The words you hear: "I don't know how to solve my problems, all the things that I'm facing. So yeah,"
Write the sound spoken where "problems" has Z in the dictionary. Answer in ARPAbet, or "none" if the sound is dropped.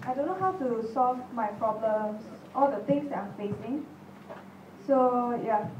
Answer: S